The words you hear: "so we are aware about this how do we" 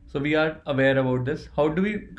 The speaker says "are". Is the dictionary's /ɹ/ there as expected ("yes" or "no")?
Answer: yes